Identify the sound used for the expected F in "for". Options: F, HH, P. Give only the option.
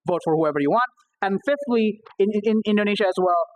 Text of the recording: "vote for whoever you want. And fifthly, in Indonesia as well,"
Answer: F